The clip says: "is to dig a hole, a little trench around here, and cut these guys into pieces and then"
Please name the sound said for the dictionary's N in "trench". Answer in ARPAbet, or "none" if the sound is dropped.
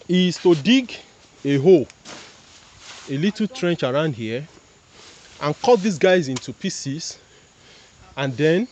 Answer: N